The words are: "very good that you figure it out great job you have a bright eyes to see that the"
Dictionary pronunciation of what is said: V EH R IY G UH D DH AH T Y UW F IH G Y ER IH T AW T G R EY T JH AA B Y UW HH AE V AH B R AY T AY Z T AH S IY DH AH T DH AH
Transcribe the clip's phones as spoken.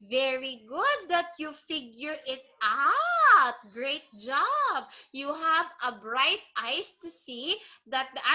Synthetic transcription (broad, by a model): V EH R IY G UH D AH T Y UW F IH G Y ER IH T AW T G R EY T JH AA B Y UW HH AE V AH B R AY T AY S T AH S IY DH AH T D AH